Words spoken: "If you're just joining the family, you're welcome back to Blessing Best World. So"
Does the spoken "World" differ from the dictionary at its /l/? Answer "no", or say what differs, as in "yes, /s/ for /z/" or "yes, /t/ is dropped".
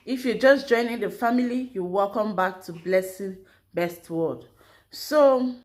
yes, /l/ is dropped